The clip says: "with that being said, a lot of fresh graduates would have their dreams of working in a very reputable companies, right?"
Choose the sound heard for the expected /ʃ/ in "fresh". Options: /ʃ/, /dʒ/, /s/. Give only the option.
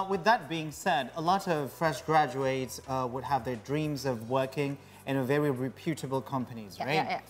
/ʃ/